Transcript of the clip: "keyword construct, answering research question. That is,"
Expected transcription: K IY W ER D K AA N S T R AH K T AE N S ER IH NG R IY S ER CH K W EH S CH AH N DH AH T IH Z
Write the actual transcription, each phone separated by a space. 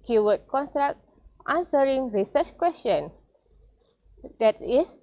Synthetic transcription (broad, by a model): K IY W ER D K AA N T R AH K T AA N S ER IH NG R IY S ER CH K W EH S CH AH N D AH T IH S